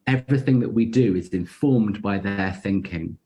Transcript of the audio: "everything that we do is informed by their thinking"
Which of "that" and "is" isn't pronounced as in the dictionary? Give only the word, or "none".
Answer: none